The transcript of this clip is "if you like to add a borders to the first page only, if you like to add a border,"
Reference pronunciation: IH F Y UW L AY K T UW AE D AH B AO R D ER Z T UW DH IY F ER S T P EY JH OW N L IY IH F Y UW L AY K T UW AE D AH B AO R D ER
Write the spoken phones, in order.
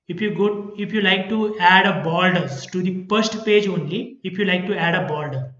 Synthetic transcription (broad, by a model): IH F Y UW L AY K T UW AE D AH B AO L D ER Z T UW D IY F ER S T P EY JH OW N L IY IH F Y UW L AY K T UW AE D AH B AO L D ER